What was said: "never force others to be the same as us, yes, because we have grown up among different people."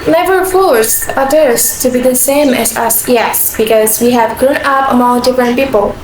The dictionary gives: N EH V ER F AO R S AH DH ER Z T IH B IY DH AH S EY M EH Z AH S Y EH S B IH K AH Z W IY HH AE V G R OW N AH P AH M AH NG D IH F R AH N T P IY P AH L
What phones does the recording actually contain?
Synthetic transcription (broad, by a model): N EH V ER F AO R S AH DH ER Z T IH B IY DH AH S EY M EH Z AH S Y EH S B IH K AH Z W IY HH AE V G R OW N AH P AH M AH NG D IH F R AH N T P IY P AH L